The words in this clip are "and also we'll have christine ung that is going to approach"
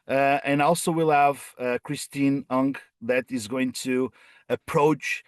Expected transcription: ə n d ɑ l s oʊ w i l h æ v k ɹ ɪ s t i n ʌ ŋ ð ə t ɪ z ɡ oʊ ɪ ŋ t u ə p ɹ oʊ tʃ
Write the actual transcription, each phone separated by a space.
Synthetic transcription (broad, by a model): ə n ɑ l s oʊ w i l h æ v k ɹ ɪ s t i n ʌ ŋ ð ə t ɪ z ɡ oʊ ɪ ŋ t u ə p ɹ oʊ tʃ